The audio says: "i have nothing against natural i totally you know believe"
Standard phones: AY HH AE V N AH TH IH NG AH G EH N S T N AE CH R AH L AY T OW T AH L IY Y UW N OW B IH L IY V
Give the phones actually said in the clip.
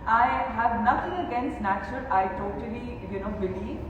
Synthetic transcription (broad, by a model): AY HH AE V N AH T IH NG AH G EH N S T N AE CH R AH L AY T OW T AH L IY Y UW N OW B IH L IY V